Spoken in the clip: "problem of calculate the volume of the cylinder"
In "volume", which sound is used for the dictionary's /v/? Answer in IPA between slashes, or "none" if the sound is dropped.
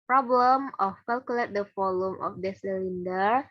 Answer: /f/